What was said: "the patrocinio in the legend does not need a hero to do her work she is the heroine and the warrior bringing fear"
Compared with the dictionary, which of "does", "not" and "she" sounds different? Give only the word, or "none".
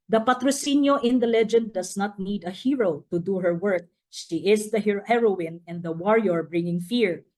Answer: does